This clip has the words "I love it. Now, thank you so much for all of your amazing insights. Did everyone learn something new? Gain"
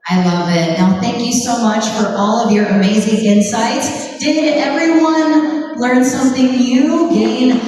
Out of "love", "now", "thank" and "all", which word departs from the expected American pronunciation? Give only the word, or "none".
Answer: none